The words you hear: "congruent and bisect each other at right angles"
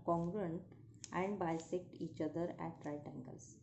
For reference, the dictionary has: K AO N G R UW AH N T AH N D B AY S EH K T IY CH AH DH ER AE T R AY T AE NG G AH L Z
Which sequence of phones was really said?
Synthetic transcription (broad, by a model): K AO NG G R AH N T AH N D B AY S EH K T IY CH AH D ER AE T R AY T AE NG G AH L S